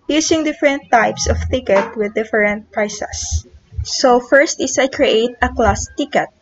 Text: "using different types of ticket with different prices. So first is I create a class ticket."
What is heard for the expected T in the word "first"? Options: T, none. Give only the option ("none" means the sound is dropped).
T